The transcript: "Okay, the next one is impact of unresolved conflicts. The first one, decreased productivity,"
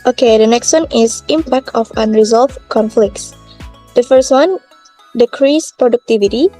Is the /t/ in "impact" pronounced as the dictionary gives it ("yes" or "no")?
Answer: yes